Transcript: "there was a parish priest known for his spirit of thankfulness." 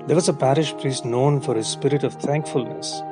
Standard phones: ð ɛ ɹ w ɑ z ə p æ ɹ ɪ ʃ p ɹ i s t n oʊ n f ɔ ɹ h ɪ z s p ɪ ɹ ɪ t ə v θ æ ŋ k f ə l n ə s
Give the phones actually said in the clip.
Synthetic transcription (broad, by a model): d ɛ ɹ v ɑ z ə p æ ɹ ɪ ʃ p ɹ i s t n oʊ n f ɔ ɹ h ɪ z s p ɪ ɹ ɪ t ə v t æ ŋ k f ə l n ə s